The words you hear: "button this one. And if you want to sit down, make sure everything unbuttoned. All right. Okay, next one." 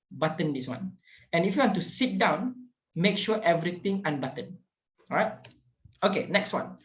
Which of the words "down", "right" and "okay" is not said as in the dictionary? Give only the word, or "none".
none